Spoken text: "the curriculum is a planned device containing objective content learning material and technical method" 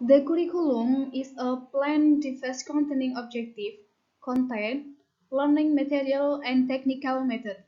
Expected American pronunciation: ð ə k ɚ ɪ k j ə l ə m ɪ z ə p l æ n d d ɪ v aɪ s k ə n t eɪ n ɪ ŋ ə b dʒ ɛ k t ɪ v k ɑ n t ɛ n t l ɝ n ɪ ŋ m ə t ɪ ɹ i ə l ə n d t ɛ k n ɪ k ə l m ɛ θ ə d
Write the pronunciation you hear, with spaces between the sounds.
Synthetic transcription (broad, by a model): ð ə k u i k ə l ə m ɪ s ə p l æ n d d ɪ f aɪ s k ə n t eɪ n ɪ ŋ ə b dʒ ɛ k t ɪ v k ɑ n t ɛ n l ɝ n ɪ ŋ m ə t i ɹ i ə l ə n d t ɛ k n ɪ k ə l m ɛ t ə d